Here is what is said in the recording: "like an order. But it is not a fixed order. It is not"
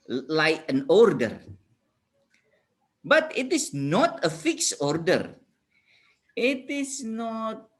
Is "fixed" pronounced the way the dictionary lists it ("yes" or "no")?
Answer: no